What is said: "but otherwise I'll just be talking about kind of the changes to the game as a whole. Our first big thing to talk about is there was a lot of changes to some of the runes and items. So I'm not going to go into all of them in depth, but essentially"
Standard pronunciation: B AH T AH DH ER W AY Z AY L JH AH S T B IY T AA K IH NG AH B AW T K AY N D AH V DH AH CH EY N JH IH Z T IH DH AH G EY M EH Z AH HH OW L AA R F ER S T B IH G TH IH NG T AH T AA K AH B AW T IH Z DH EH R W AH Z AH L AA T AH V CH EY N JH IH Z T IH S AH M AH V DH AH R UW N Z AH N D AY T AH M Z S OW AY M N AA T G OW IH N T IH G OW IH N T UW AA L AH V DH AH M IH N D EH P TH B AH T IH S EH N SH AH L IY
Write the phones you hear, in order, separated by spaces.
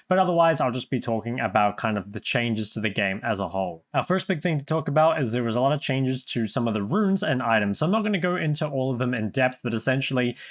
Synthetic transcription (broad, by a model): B AH T AH DH ER W AY Z AY L JH AH S B IY T AA K IH NG AH B AW T K AY N D AH V DH AH CH EY N JH IH Z T IH DH AH G EY M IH Z AH HH OW L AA F ER S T B IH G TH IH NG T AH T AA K AH B AW T IH Z DH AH R W AH Z AH L AA T AH V CH EY N JH IH Z T IH S AH M AH V DH AH R UW N Z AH N AY T AH M Z S OW AY M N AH T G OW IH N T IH G OW IH N T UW AA L AH V DH AH M IH N D EH P TH B AH T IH S EH N SH L IY